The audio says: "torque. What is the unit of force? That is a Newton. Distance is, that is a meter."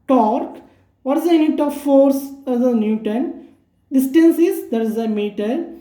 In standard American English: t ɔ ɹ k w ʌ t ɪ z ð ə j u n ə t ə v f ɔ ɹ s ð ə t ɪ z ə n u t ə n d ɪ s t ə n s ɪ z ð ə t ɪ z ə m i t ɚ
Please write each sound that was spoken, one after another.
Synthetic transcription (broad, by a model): t ɔ ɹ k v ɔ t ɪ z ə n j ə t ə v f ɔ ɹ s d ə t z ə n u t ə n d ɪ s t ə n s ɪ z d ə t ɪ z ə m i t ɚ